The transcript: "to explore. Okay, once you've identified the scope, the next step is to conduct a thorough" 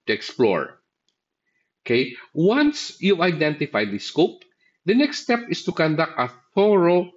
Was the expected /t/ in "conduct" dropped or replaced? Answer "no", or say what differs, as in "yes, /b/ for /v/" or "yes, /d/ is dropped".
no